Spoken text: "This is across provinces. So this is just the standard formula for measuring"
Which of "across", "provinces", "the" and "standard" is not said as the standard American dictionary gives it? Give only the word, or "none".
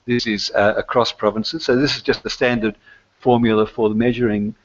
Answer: none